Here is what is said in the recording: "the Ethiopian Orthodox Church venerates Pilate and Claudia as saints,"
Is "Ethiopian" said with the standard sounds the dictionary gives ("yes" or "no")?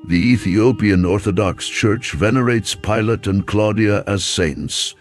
yes